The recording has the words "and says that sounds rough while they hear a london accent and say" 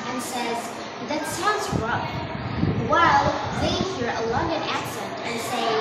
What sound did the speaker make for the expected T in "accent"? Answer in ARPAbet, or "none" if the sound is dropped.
T